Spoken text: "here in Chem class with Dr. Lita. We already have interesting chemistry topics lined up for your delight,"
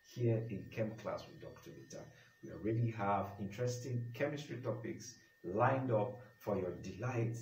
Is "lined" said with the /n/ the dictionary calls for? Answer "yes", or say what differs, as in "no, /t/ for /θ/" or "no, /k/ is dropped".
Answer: yes